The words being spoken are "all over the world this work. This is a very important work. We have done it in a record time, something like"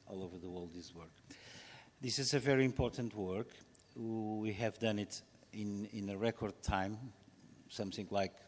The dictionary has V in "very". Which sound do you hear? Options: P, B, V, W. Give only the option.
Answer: V